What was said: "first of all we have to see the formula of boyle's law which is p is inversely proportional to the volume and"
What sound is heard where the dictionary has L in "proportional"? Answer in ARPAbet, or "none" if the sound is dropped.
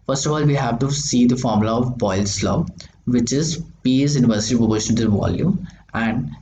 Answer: N